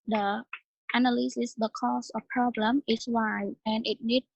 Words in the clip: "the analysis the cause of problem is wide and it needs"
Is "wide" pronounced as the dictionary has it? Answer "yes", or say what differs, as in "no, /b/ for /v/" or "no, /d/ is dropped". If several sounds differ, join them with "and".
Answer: no, /d/ is dropped